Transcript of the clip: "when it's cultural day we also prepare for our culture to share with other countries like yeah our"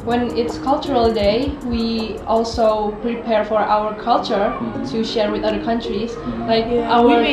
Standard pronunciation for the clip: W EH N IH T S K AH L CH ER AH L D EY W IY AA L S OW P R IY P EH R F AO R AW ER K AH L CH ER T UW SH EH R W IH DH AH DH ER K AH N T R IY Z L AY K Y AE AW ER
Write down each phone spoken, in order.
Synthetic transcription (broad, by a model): W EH N IH T S K AH L CH ER AH L D EY W IY AA L S OW P R IY P EH R F AO R AW ER K AH L CH ER T UW SH EH R W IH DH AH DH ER K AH N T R IY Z L AY K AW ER